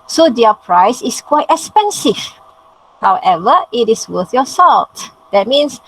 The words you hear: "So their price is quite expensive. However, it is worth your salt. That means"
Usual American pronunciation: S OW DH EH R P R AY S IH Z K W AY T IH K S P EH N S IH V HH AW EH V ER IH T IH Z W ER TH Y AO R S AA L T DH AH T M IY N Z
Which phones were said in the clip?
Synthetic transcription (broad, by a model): S OW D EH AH P R AY S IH S K W AY T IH K S P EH N S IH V HH AW EH V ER IH T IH S W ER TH Y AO S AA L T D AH T M IY N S